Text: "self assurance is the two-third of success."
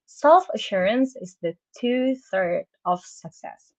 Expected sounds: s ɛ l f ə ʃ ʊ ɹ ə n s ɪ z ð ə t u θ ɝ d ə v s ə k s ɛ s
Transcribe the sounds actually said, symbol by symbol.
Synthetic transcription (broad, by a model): s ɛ l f ə ʃ ʊ ɹ ə n s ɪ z ð ə t u θ ɝ d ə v s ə k s ɛ s